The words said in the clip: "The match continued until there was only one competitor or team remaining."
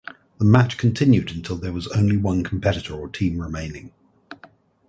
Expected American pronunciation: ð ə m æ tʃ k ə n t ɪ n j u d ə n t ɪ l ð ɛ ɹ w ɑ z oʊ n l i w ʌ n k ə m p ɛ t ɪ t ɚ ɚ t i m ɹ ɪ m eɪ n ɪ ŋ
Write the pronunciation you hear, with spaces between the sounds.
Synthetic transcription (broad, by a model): ð ə m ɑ tʃ k ə n t ɪ n j u d ə n t ɪ l ð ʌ w ɑ z oʊ n l i w ʌ n k ə m p ɛ t ɪ t ɚ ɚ t i m ɹ ɪ m eɪ n ɪ ŋ